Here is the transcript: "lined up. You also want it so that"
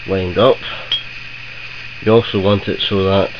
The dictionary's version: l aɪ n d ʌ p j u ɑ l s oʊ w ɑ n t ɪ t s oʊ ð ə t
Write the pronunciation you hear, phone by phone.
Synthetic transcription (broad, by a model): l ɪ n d ʌ p j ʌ ɑ l s oʊ w ɑ n t ɪ t s oʊ ð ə t